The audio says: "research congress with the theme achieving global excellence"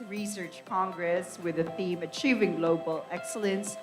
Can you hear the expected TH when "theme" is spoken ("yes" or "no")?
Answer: yes